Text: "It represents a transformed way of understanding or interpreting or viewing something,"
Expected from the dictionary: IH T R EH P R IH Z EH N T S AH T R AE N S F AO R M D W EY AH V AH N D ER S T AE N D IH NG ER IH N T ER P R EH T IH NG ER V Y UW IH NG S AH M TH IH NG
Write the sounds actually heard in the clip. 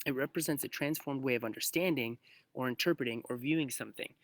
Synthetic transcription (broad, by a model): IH T R EH P R IH Z EH N T S AH T R AE N S F AO R M D W EY AH V AH N D ER S T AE N D IH NG ER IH N T ER P R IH T IH NG ER V Y UW IH NG S AH M TH IH NG